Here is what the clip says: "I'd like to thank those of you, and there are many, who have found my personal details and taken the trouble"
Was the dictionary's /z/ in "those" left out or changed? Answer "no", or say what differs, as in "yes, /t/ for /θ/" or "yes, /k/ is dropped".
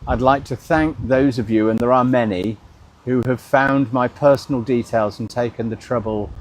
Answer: no